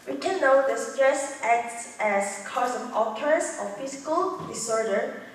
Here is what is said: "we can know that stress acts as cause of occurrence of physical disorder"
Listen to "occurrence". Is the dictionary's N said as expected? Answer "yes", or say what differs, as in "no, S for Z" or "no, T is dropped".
no, N is dropped